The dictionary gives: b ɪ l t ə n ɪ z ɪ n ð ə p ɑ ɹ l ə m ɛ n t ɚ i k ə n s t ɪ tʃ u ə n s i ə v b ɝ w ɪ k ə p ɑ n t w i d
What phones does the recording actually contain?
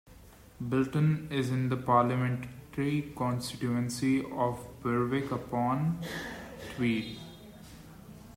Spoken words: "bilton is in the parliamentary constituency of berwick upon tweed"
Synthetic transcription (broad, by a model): b ɪ l t ə n ɪ z ɪ n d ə p ɑ ɹ l ə m ɛ n t ɚ i k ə n s t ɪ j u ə n s i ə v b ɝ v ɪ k ə p ɑ n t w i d